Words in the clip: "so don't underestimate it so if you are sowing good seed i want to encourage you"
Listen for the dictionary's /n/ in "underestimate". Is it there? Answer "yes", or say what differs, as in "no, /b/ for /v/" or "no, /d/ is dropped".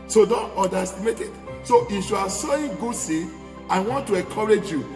no, /n/ is dropped